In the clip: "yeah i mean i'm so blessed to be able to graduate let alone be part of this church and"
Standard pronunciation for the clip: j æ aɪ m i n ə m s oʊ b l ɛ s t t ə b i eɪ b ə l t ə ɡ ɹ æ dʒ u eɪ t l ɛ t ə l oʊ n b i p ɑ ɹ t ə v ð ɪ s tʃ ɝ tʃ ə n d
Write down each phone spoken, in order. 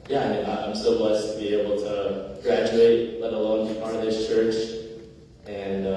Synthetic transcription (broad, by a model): j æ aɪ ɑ ə m s oʊ b l ɛ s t t ə b i eɪ b l t ə ɡ ɹ æ dʒ u eɪ t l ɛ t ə l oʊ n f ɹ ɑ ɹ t ə v ð ɪ s tʃ ɝ tʃ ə n